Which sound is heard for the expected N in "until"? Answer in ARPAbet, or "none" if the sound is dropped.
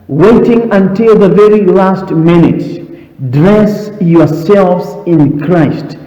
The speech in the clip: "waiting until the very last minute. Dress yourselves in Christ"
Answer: N